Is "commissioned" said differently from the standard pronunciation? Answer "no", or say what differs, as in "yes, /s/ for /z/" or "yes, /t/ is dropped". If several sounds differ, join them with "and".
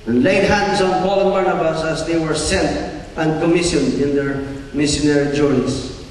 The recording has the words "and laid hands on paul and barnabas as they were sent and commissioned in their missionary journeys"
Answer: yes, /d/ is dropped